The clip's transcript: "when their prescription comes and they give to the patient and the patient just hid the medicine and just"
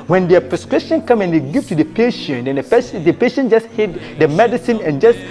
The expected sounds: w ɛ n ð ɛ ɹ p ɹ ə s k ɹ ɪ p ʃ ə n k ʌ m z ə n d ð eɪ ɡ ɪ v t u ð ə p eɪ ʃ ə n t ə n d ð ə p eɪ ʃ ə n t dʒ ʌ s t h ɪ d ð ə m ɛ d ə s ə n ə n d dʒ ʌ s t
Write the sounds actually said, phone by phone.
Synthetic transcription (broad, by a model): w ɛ n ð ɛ p ɹ ə s k ɹ ɪ p ʃ ə n k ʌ m ə n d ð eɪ ɡ ɪ v t u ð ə p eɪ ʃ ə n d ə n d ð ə p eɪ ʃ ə n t dʒ ʌ s t h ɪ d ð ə m ɛ d ə s ə n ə n dʒ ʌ s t